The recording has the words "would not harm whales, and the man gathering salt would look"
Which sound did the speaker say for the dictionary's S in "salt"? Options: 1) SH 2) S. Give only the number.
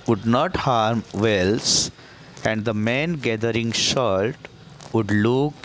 1